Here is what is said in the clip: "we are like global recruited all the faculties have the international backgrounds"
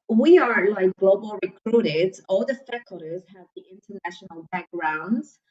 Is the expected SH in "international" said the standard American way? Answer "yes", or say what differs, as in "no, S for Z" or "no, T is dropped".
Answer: yes